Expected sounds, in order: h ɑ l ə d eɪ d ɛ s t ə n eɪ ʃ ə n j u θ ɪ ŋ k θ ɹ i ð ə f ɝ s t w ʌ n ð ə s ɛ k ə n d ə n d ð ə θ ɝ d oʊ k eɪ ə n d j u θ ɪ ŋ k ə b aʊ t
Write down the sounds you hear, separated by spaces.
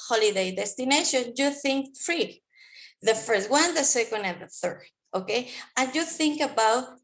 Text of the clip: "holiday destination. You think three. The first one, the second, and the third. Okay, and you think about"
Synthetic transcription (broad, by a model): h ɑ l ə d eɪ d ɛ s t ə n eɪ ʃ ə n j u θ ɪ ŋ k f ɹ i ð ə f ɝ s t w ʌ n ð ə s ɛ k ə n d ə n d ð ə θ ɝ d oʊ k eɪ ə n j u θ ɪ ŋ k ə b aʊ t